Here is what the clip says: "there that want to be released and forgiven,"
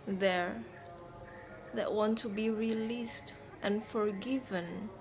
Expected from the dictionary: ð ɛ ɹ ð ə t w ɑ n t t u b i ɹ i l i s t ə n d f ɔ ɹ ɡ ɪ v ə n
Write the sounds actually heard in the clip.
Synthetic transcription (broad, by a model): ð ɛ ɹ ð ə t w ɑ n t t u b i ɹ i l i s t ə n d f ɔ ɹ ɡ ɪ v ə n